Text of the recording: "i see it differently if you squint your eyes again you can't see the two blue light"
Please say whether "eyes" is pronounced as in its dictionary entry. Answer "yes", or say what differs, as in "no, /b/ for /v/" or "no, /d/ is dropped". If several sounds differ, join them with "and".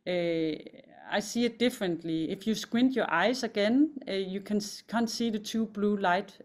no, /s/ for /z/